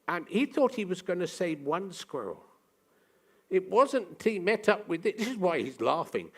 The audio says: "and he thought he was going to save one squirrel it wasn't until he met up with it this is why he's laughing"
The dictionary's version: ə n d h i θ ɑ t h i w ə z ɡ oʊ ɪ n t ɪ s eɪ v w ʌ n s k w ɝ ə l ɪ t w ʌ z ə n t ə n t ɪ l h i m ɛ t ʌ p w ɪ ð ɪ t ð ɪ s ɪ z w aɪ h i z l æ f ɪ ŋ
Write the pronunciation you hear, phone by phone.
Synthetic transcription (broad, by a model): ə n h i θ ɑ t h i w ə z ɡ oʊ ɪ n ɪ s eɪ v w ʌ n s k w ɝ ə l ɪ t w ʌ z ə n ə n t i m ɛ t ʌ p w ɪ ð ɪ t ð ɪ s ɪ z w aɪ h i z l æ f ɪ ŋ